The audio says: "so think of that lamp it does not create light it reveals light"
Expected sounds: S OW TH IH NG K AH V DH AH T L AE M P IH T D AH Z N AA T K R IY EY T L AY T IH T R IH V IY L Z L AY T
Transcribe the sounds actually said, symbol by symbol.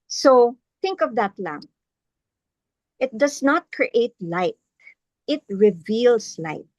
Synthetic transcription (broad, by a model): S OW TH IH NG K AH V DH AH T L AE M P IH T D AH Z N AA T K R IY EY T L AY T IH T R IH V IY L S L AY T